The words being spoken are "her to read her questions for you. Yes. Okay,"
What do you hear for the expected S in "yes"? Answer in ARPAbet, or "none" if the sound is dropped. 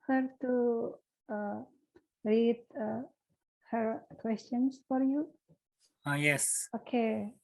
S